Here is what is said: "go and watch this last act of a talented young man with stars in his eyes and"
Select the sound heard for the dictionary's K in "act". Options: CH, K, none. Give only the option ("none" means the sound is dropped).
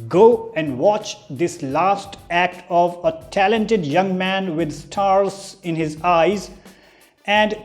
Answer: K